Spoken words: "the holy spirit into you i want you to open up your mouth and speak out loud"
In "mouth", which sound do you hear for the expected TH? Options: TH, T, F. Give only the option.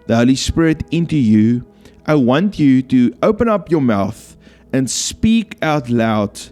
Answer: TH